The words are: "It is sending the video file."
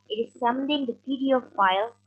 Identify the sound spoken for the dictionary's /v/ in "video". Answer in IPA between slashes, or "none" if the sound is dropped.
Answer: /p/